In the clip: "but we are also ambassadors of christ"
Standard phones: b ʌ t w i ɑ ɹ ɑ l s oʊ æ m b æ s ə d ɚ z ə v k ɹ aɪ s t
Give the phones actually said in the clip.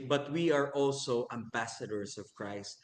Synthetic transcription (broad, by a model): b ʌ t w i ɑ ɹ ɑ l s oʊ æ m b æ s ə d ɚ s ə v k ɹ aɪ s t